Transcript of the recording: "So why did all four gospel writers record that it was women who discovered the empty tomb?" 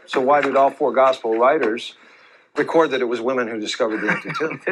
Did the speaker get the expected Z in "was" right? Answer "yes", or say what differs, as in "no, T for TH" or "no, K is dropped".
yes